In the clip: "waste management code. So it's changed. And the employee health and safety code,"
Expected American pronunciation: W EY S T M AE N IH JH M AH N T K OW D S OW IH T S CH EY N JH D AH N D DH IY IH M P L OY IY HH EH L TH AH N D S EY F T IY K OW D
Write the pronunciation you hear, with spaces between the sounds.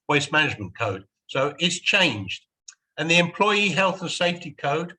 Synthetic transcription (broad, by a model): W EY S M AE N IH JH M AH N K OW D S OW IH T S CH EY N JH D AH N DH IY IH M P L OY IY HH EH L TH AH N S EY F T IY K OW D